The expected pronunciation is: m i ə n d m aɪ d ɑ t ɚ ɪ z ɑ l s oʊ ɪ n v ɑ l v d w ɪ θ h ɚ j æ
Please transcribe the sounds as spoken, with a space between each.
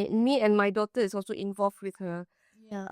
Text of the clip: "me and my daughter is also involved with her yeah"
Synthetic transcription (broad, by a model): m i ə n m aɪ d ɑ t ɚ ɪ s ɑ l s oʊ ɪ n v ɑ l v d w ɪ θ h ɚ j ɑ